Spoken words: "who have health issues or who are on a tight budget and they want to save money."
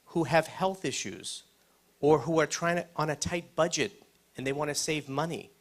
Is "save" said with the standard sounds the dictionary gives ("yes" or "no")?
yes